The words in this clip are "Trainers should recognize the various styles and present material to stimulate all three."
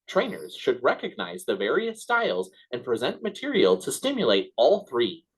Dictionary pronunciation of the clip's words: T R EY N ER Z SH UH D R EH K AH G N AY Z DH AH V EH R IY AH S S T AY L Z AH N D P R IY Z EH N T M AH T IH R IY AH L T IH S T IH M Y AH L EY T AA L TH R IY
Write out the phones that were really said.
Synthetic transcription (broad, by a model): T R EY N ER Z SH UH D R EH K AH G N AY Z DH AH V EH R IY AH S S T AY L Z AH N P R IY Z EH N T M AH T IH R IY AH L T IH S T IH M Y AH L EY T AA L TH R IY